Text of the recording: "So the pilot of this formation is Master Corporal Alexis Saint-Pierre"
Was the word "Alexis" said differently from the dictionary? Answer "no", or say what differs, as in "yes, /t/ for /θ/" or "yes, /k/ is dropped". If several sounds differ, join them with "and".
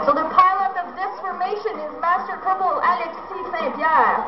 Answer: yes, /l/ is dropped